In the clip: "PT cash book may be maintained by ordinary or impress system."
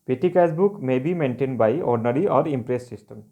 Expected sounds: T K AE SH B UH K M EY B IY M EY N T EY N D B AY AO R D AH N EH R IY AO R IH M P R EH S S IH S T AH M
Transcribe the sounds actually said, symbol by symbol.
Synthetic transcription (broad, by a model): T K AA S B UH K M EY B IY M EY N T EY N D B AY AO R D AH N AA R IY AO R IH M P R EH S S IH S T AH M